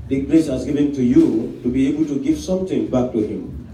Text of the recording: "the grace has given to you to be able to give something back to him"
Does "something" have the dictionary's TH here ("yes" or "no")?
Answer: no